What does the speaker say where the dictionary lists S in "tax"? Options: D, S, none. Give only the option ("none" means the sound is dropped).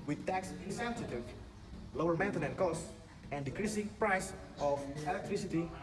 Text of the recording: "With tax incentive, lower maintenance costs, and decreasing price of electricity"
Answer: S